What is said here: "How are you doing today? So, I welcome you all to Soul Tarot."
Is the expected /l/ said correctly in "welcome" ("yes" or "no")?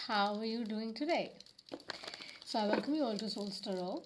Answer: no